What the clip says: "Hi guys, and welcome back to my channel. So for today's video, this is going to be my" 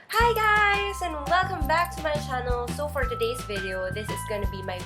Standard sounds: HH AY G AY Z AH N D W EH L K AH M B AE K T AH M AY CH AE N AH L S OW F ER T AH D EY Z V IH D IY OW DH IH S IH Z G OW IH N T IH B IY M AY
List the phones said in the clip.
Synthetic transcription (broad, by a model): HH AY G AY Z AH N W EH L K AH M B AE K T AH M AY CH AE N L S OW F ER T AH D EY Z V IH D IY OW DH IH S IH Z G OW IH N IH B IY M AY